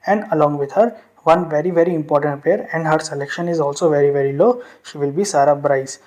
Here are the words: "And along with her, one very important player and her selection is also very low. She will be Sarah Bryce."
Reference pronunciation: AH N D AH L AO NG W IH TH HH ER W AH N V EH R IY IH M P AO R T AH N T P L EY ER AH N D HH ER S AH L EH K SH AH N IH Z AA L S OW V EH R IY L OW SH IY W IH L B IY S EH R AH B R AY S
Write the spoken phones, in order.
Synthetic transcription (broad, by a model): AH N D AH L AO NG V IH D HH ER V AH N V EH R IY IH M P AO R T AH N T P EY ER AH N D HH ER S AH L EH K SH AH N IH Z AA L S OW V EH R IY L OW SH IY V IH L B IY S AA R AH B R AY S